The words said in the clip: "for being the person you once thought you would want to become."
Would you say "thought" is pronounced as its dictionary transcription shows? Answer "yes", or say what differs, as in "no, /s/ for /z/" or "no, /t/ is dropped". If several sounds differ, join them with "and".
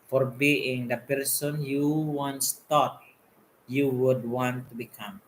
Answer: no, /t/ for /θ/